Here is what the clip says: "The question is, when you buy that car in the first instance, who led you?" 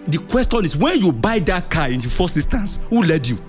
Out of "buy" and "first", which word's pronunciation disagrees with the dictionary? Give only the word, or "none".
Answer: first